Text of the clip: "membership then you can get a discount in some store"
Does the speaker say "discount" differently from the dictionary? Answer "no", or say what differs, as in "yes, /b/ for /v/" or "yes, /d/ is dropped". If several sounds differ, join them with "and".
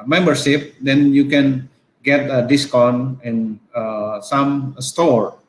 yes, /t/ is dropped